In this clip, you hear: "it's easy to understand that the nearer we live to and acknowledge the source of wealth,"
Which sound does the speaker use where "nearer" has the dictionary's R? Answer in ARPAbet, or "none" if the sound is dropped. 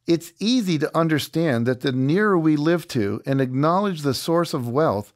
R